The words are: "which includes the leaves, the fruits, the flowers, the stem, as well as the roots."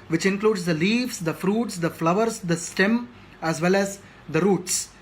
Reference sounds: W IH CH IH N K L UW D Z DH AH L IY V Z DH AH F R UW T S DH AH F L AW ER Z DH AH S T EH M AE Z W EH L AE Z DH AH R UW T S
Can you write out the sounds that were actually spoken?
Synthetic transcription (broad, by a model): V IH CH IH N K L UW D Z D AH L IY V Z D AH F R UW T S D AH F L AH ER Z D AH S T EH M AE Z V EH L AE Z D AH R UW T S